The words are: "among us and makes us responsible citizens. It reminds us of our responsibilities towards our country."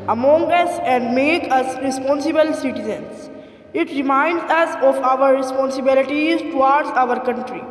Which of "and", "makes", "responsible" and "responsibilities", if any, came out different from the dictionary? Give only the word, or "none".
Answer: makes